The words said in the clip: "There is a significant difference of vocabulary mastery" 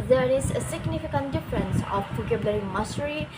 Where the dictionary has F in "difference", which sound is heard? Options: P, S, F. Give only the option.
F